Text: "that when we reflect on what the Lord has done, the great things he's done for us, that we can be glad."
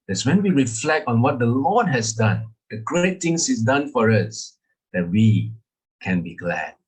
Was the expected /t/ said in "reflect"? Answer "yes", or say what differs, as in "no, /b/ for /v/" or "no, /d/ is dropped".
yes